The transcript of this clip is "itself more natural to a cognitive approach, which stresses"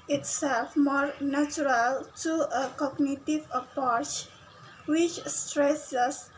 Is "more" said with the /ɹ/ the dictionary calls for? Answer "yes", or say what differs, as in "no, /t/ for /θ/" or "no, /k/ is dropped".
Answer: yes